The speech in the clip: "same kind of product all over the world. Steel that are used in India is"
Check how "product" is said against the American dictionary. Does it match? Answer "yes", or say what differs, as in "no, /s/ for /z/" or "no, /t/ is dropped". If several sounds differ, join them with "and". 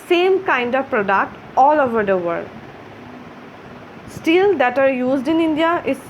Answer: yes